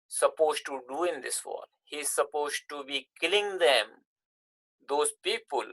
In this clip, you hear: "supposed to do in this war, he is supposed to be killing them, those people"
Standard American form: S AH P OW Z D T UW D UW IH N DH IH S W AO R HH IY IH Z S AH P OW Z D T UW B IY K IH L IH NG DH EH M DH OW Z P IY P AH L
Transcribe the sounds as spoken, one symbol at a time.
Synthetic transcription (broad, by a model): S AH P OW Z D T UW D UW IH N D IH S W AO L HH IY IH Z S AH P OW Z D T UW B IY K IH L IH NG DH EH M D OW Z P IY P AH L